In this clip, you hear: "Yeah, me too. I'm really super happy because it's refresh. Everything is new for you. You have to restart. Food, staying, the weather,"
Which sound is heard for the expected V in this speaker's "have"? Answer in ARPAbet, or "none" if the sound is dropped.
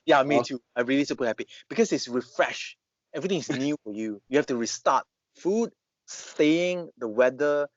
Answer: F